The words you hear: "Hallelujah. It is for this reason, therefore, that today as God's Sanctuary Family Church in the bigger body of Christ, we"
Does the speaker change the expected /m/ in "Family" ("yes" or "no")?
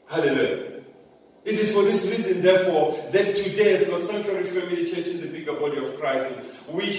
yes